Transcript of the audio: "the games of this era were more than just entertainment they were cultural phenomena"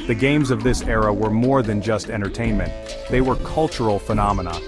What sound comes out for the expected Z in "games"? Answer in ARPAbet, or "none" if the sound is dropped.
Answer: Z